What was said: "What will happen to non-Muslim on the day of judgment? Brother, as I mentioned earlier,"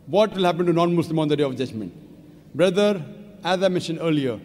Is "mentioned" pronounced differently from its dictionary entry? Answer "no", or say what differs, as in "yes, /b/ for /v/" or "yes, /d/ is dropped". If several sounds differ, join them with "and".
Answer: yes, /n/ is dropped and /d/ is dropped